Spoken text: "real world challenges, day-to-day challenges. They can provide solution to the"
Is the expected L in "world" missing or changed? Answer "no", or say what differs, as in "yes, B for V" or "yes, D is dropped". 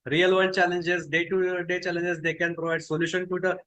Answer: yes, N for L